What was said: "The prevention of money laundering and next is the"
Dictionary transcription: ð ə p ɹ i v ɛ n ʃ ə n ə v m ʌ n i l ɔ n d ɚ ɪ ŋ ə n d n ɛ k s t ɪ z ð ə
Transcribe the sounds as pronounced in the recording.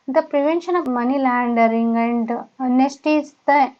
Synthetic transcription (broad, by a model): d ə p ɹ i v ɛ n ʃ ə n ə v m ʌ n i l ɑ n d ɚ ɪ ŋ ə n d n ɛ s t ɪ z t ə